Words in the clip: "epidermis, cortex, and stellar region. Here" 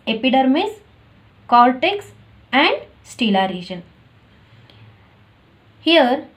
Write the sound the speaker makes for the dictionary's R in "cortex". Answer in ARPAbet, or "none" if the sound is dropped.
L